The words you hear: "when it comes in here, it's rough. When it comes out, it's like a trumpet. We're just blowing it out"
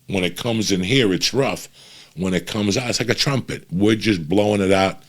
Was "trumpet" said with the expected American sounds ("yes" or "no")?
yes